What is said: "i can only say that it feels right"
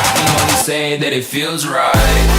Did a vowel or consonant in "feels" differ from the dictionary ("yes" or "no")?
no